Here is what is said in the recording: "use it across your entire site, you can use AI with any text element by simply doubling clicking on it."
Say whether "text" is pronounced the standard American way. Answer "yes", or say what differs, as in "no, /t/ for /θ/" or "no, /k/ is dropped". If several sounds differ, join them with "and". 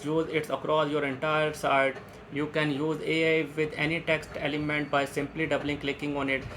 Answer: yes